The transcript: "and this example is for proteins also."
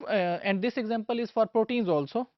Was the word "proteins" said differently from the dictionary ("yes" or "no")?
no